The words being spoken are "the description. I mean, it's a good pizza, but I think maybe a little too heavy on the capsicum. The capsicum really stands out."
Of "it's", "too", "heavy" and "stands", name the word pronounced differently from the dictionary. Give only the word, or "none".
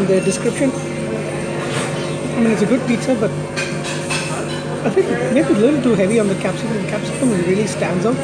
none